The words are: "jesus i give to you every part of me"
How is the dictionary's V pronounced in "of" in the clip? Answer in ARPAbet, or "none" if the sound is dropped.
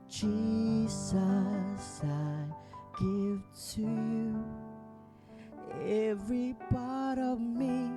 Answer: V